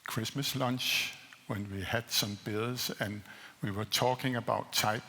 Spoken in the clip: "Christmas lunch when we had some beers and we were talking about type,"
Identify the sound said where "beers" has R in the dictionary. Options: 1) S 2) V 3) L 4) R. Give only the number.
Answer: 3